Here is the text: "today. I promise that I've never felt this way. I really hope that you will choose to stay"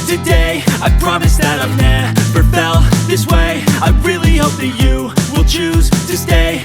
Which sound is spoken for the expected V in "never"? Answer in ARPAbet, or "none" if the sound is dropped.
P